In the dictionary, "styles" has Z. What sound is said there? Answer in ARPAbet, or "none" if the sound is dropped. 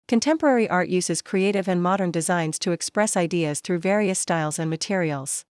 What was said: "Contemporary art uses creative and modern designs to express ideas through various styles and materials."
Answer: Z